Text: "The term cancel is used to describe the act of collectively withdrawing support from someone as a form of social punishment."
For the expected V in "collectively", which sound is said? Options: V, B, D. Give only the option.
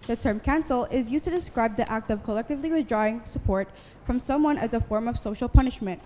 V